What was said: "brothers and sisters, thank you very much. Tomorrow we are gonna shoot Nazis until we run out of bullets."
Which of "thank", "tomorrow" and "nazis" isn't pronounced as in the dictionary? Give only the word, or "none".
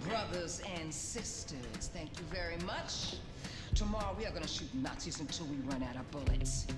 none